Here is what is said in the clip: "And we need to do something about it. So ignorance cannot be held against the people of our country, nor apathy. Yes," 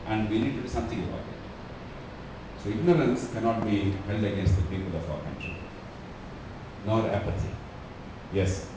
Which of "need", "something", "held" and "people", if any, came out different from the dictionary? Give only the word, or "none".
something